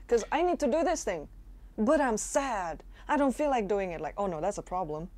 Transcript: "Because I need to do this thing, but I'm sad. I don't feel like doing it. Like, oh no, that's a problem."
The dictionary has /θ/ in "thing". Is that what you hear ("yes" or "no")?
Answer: yes